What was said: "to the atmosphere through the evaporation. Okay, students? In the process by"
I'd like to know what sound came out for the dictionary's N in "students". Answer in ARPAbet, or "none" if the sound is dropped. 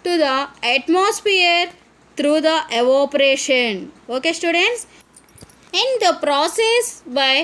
N